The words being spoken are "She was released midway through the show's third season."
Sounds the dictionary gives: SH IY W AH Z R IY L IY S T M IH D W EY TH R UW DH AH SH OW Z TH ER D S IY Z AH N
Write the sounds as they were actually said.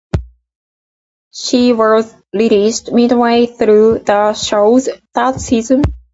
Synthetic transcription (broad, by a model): SH IY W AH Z L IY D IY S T M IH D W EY TH R UW DH AH SH OW Z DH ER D S IY Z AH N